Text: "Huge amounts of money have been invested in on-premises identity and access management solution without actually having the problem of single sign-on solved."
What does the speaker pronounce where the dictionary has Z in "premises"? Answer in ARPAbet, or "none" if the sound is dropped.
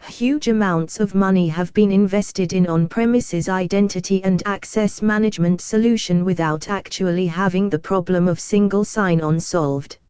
Z